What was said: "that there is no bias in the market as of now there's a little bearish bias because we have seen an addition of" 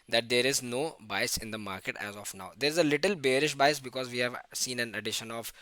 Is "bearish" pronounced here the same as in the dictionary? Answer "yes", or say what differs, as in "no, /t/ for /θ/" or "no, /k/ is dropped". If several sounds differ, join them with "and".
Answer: yes